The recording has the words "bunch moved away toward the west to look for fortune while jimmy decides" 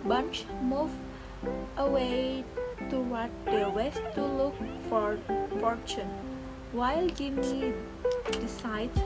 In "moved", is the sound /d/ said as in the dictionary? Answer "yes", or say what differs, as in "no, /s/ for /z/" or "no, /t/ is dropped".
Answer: no, /d/ is dropped